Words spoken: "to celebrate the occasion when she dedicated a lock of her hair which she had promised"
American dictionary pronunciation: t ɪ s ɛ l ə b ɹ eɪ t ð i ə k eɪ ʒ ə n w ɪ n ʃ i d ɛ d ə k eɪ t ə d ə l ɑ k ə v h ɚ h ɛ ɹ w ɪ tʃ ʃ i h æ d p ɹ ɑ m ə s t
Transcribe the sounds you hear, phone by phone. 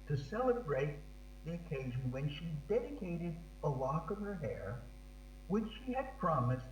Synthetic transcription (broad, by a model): t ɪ s ɛ l ə b ɹ eɪ t ð i ə k eɪ ʒ ə n w ɪ n ʃ i d ɛ d ə k eɪ t ə d ə l ɑ k ə v ɚ h ɛ ɹ w ɪ tʃ ʃ i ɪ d p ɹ ɑ m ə s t